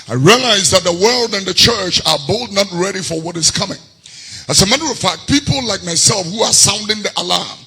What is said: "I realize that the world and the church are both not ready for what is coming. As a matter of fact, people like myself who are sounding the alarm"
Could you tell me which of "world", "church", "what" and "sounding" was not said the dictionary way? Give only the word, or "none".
none